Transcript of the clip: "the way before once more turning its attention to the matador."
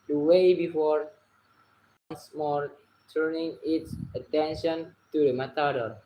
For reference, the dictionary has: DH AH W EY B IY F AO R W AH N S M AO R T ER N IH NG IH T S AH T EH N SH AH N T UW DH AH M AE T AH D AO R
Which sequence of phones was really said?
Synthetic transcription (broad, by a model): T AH W EY B IY F AO R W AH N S M AO R T ER N IH NG IH T S AH T EH N SH AH N T UW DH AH M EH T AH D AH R